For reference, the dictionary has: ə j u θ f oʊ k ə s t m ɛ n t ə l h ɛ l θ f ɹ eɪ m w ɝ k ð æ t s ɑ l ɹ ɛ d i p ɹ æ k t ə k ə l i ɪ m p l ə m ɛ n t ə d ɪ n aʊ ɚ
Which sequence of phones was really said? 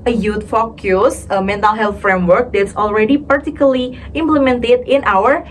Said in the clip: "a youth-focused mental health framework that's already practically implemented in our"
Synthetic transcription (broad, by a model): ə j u t f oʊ k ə s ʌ m ɛ n t ə l h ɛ l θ f ɹ eɪ m w ɝ k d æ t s ɑ l ɹ ɛ d i p ɑ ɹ t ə k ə l i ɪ m p l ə m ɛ n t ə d ɪ n aʊ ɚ